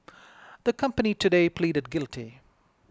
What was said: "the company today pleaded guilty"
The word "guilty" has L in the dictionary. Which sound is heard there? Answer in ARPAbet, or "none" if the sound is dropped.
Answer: L